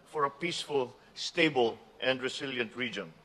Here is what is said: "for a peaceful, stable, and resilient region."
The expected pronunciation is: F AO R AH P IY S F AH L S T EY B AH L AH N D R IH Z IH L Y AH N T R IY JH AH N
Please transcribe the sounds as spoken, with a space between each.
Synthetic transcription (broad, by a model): F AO R AH P IY S F AH L S T EY B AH L AH N D R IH S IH L Y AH N T R IY JH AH N